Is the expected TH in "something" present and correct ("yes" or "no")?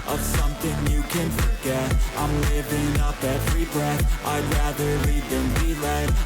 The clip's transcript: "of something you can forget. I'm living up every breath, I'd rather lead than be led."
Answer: yes